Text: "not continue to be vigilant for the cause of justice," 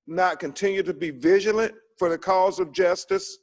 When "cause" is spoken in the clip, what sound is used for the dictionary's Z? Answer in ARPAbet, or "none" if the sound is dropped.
Z